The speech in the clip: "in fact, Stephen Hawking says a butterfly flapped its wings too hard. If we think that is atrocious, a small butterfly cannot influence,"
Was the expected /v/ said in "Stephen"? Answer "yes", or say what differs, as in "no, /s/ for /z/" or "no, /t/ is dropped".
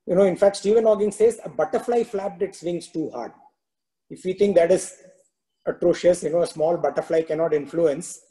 yes